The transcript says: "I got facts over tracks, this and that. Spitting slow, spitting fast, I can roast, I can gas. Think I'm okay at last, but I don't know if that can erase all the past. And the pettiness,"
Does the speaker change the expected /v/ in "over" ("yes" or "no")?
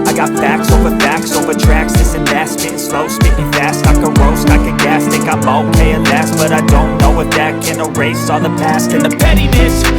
no